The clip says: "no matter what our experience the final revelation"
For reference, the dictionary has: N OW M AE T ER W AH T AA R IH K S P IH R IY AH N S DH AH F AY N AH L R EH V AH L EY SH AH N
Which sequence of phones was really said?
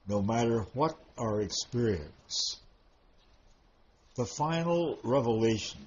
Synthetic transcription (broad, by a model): N OW M AE T ER W AH T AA R IH K S P IH R IY AH N S DH AH F AY N L R EH V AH L EY SH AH N